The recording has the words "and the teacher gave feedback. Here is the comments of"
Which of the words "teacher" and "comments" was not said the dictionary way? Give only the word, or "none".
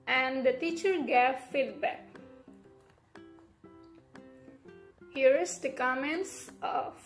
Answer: none